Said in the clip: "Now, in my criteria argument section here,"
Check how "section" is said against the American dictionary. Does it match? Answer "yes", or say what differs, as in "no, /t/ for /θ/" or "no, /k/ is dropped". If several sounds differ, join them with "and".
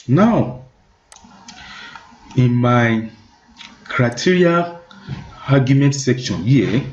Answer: yes